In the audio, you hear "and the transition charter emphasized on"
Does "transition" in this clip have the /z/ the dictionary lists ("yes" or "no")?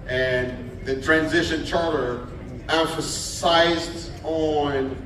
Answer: yes